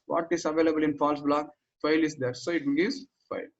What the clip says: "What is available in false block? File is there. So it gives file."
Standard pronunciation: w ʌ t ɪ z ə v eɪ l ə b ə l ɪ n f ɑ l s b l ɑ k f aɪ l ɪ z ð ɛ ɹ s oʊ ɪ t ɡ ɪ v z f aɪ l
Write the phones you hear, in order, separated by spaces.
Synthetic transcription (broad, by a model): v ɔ t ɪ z ə v eɪ l ə b ə l ɪ n f ɑ l s b l ɑ k f aɪ l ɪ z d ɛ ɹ s oʊ ɪ t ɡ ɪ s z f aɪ l